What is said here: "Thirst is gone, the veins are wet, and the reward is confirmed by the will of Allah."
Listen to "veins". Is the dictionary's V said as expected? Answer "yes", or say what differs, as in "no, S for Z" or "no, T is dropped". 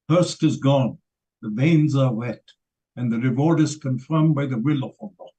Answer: yes